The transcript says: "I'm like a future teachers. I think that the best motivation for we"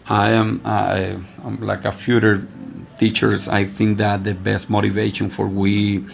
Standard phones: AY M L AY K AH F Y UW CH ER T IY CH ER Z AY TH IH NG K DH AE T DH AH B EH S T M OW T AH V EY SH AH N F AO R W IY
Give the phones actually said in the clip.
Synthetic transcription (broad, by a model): AY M L AY K AH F Y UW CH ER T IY CH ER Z AY TH IH NG K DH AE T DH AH B EH S T M OW T AH V EY SH AH N F AO R W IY